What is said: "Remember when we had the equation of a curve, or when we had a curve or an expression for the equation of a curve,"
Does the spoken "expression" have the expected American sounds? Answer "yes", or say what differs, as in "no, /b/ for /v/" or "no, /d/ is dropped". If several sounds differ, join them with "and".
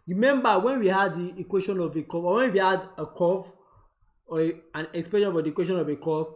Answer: no, /ɹ/ is dropped